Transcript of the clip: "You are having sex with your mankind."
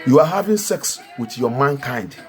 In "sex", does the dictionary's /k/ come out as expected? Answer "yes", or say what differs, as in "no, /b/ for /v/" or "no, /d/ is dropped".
yes